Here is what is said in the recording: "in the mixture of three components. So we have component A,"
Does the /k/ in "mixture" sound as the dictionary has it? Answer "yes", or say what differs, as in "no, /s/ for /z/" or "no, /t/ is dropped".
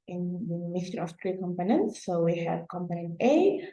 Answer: no, /k/ is dropped